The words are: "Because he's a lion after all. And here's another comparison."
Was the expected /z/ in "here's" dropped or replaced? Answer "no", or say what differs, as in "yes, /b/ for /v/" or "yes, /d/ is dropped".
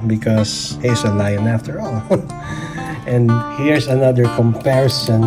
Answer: yes, /s/ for /z/